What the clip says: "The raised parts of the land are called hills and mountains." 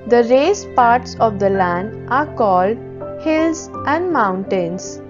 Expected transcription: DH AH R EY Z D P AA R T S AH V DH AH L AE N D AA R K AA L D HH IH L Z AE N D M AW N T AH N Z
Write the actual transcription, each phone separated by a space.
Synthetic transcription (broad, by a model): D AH R EY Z P AA R T S AH V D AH L AE N D AA R K AA L D HH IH L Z AE N D M AW N T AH N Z